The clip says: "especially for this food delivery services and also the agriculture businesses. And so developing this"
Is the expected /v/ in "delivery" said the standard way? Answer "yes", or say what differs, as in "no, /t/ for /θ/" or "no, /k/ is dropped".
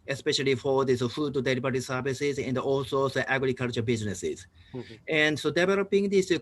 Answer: no, /b/ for /v/